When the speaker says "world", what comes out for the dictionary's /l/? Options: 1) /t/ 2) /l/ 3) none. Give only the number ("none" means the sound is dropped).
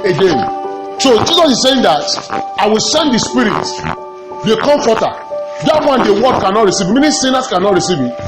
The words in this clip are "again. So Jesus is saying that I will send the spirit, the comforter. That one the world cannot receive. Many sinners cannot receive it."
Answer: 3